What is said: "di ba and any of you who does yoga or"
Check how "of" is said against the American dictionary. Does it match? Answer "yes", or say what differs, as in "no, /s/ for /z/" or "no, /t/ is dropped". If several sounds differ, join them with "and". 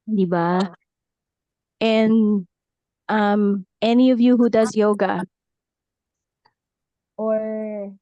yes